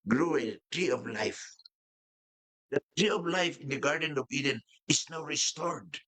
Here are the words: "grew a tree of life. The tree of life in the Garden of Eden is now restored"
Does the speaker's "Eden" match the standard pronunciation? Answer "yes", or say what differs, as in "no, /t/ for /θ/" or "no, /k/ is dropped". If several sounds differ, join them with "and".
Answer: yes